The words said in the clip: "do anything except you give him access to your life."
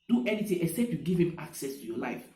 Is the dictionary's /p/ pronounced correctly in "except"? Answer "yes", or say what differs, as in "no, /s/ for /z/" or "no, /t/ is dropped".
yes